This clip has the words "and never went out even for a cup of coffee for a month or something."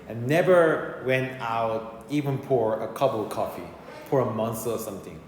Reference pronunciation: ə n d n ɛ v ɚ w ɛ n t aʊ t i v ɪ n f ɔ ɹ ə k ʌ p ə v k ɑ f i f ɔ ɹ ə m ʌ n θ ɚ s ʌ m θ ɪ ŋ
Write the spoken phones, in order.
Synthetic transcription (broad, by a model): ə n n ɛ v ɚ w ɛ n t aʊ t i v ɪ n p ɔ ɹ ə k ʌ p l k ɑ f i p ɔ ɹ ə m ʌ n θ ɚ s ʌ m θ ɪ ŋ